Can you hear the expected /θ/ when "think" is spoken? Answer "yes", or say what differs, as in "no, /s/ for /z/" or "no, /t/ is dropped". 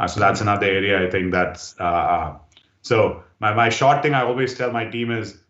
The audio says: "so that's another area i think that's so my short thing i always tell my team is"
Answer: no, /t/ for /θ/